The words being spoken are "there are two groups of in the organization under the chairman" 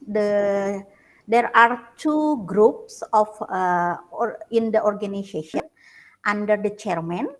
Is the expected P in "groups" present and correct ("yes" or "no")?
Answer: yes